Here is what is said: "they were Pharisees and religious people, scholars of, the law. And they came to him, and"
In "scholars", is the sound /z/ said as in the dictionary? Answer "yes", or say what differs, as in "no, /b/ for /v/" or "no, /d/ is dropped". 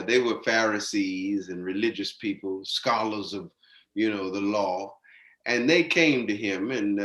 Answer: yes